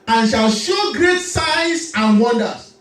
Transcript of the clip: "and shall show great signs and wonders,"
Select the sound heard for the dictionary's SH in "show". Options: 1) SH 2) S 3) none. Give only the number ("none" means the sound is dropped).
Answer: 1